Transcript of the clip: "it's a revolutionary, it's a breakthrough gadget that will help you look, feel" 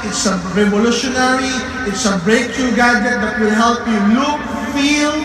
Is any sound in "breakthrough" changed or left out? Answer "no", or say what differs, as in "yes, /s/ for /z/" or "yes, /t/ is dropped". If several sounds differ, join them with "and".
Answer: yes, /t/ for /θ/